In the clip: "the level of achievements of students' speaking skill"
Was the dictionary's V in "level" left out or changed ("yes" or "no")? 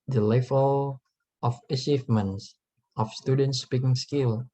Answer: yes